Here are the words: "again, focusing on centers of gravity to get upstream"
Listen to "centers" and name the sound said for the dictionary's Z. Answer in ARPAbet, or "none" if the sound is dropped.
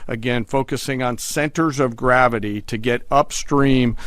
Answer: Z